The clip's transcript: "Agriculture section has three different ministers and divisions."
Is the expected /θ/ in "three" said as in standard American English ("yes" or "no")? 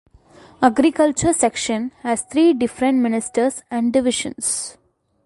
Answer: no